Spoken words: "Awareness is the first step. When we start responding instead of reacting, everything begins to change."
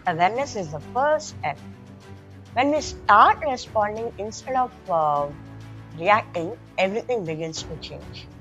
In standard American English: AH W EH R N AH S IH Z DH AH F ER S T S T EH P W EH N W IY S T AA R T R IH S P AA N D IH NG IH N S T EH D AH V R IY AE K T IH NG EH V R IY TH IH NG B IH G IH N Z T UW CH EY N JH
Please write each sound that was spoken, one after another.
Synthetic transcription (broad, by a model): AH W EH R N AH S IH Z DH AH F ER T S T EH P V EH N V IY S T AA R T R IH S P AA N D IH NG IH N S T EH D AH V R IY AE K T IH NG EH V R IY T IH NG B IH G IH N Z T UW CH EY N JH